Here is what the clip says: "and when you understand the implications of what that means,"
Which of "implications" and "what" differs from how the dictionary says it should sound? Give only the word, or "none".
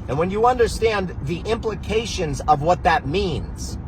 none